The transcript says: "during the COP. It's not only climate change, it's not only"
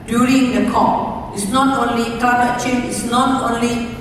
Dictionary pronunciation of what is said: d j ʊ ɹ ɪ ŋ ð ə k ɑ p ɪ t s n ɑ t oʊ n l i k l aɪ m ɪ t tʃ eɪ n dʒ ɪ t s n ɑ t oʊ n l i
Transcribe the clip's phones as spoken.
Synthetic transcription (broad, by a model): d j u ɹ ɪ ŋ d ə k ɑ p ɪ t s n ɑ t oʊ n l i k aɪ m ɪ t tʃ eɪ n ɪ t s n ɑ t oʊ n l i